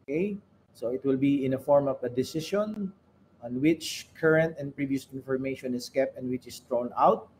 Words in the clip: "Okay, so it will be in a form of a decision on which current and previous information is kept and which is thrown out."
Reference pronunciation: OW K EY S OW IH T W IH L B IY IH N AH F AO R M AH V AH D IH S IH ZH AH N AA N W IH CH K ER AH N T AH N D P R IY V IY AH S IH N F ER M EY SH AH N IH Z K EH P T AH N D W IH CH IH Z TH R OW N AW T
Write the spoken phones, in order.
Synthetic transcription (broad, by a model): K EY S OW IH T W IH L B IY IH N AH F AO R M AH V AH D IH S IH SH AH N AA N W IH CH K ER AH N T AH N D P R IY V IY AH S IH N F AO M EY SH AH N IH S K EH P T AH N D W IH CH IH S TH R OW N AW T